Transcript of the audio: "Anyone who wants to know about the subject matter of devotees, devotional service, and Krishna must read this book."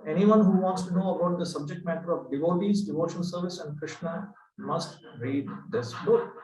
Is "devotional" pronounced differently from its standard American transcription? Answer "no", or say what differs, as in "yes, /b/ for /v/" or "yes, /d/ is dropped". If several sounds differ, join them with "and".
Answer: yes, /n/ is dropped and /n/ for /l/